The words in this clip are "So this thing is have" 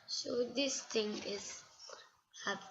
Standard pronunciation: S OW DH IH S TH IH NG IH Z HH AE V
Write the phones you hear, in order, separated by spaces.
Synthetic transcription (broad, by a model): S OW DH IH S T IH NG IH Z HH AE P